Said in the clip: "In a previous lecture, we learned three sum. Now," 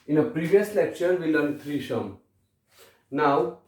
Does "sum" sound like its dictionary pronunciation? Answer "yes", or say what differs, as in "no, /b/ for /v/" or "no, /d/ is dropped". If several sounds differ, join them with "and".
no, /ʃ/ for /s/